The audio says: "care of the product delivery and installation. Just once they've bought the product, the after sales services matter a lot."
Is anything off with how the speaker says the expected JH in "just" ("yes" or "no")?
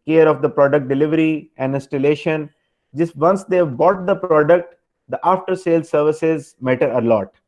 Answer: no